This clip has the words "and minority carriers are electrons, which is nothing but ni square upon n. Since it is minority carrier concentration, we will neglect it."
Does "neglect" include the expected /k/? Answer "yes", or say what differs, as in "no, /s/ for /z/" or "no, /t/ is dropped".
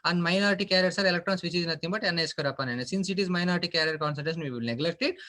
yes